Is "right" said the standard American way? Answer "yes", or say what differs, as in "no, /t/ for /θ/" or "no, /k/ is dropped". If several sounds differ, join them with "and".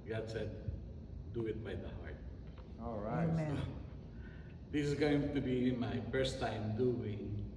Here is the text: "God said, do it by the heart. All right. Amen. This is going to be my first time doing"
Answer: no, /t/ is dropped